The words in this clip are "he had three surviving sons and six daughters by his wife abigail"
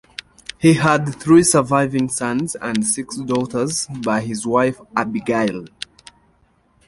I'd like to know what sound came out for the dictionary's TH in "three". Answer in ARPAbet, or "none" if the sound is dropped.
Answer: TH